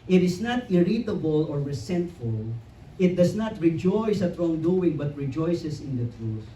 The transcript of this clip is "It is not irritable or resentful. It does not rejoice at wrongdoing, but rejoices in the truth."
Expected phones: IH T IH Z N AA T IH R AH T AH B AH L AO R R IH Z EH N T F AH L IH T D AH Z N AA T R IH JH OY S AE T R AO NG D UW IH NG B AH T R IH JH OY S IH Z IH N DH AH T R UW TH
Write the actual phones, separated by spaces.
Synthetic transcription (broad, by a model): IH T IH S N AA T IH R AH T AH B AH L AO R R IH S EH N T F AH L IH T D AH S N AA T R IH JH OY S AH T R AO NG D UW IH NG B AH T R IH JH OY S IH S IH N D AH T R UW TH